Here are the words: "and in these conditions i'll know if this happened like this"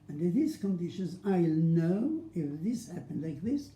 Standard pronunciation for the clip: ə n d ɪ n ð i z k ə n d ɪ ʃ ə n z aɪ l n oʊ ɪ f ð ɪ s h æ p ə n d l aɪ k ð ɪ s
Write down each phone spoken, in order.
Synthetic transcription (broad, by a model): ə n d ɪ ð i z k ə n d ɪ ʃ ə n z aɪ l n oʊ ɪ f ð ɪ s h æ p ə n d l aɪ k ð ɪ s